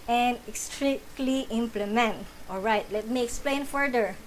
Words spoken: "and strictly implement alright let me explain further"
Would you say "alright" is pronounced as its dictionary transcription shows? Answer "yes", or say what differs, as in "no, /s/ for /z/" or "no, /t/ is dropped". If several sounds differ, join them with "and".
yes